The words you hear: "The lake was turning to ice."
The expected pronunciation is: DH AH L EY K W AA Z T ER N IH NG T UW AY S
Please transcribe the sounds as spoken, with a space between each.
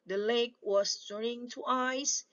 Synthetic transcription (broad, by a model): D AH L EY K W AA S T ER IH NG T UW AY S